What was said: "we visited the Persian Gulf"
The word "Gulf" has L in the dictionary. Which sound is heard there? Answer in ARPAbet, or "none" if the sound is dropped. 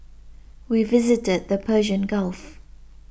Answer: L